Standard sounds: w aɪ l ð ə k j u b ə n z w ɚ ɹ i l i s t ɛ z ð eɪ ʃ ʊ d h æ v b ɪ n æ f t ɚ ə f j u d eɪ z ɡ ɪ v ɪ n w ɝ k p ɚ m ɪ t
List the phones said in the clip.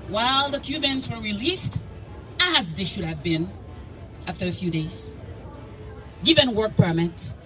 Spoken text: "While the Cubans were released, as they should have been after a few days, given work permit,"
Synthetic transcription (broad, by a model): w aɪ l ð ə k j u b ə n z w ɚ ɹ i l i s t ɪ z ð eɪ ʃ ʊ d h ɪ v b ɪ n æ f t ɚ ə f j u d eɪ z ɡ ɪ v ɪ n w ɝ k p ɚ m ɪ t